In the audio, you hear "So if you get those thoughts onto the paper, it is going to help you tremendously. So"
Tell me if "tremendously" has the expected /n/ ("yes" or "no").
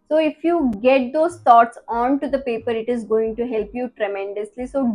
yes